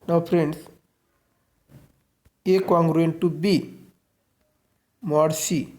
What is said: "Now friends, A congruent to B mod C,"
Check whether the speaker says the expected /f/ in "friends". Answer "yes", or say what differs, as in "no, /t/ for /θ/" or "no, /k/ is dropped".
no, /p/ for /f/